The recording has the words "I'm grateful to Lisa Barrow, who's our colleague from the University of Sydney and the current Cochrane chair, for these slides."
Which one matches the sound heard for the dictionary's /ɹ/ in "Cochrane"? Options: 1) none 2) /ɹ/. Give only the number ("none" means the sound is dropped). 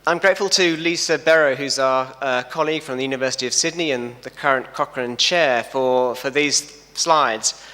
2